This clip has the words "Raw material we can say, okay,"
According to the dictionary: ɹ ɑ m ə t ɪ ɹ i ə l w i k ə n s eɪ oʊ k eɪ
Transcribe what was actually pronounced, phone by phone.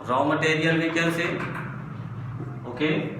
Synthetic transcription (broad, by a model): ɹ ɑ m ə t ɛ ɹ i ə l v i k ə l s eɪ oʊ k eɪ